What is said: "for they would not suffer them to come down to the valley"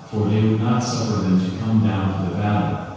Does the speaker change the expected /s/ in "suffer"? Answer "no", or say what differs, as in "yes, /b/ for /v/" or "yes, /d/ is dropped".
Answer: no